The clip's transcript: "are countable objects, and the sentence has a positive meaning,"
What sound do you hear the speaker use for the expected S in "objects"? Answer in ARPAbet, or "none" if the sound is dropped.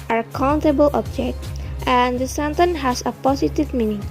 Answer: none